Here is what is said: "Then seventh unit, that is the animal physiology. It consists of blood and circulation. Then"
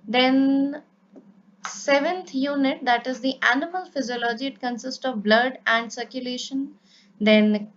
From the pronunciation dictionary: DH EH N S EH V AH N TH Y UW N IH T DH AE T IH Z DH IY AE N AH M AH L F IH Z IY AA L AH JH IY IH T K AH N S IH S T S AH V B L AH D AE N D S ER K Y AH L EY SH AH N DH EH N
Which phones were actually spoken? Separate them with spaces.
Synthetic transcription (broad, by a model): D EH N S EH V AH N T Y UW N IH T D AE T IH Z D IY AE N AH M AH L F IH Z IY AA L AH JH IY IH T K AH N S IH S T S AH V B L AH D AE N D S ER K Y AH L EY SH AH N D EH N